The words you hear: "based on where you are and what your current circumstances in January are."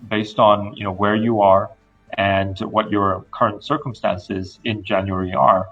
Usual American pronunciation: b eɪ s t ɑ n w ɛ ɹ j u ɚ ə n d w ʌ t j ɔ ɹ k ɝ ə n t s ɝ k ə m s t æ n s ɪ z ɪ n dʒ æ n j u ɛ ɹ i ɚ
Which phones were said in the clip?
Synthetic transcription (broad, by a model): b eɪ s t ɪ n w ɛ ɹ j u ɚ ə n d w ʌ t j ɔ ɹ k ɝ ə n t s ɝ k ə m s t æ n s ɪ z ɪ n dʒ æ n j u ɛ ɹ i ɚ